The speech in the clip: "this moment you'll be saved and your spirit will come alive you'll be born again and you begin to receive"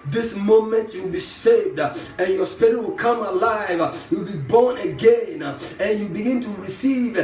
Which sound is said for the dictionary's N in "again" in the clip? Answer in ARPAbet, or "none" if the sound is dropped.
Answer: N